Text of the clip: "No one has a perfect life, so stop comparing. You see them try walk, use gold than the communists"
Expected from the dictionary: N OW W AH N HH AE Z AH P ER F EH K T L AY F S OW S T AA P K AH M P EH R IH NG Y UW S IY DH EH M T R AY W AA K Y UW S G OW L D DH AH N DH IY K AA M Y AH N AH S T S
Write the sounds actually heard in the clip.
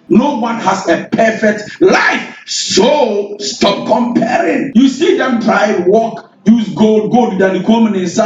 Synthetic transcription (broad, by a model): N OW W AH N HH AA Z AH P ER F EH K T L AY F S OW S T AA P K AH M P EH R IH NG Y UW S IY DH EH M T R AY W AA K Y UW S G OW L D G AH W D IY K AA M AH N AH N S